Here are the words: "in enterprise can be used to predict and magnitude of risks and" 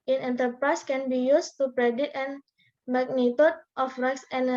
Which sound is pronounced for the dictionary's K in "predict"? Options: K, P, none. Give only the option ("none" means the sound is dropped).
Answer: none